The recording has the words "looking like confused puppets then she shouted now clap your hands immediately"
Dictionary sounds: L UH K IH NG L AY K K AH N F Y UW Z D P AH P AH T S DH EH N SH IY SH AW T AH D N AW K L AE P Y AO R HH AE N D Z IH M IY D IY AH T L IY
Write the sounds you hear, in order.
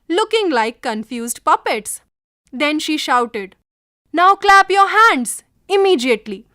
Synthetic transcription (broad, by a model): L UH K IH NG L AY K K AH N F Y UW Z D P AH P AH T S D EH N SH IY SH AW T AH D N AW K L AE P Y AO R HH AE N D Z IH M IY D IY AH T L IY